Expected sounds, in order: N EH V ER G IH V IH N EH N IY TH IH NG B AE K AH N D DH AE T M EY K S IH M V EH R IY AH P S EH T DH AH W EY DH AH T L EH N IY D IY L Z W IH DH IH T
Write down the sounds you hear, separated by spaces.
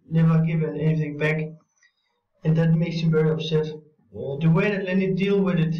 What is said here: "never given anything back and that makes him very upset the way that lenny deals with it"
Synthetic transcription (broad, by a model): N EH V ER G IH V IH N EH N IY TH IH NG B AE K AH N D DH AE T M EY K S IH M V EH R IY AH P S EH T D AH W EY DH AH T L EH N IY D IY L W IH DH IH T